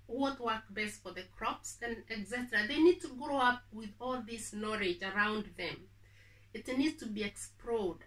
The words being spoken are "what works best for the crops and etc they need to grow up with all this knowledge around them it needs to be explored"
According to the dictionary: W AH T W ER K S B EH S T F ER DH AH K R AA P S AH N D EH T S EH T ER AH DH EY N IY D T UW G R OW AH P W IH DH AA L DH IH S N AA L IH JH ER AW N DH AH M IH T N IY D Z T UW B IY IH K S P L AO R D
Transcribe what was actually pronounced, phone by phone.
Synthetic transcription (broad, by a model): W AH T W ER K B EH S T F ER DH AH K R AA P S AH N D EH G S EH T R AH DH EY N IY D T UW G R OW AH P W IH DH AA L DH IH S N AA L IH JH ER AW N DH AH M IH T N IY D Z T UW B IY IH K S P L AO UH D